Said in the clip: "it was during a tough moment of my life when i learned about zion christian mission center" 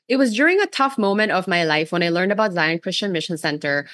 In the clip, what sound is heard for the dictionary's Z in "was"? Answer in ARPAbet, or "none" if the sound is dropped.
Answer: Z